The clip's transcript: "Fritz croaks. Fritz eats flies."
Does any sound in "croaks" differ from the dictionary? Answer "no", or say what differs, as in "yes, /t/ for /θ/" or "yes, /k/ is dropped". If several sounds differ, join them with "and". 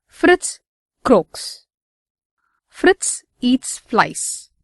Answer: no